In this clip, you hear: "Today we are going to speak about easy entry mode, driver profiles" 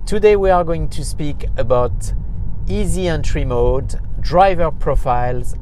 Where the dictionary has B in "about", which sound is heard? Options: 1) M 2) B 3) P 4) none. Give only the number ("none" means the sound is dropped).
2